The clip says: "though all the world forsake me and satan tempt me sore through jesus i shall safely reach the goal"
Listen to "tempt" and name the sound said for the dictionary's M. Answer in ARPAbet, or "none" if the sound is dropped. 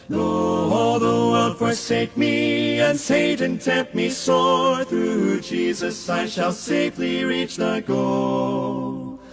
none